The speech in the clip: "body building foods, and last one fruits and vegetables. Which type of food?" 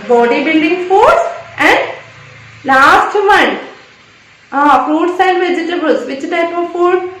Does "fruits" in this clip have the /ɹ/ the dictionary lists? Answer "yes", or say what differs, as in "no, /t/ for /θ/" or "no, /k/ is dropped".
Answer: no, /ɹ/ is dropped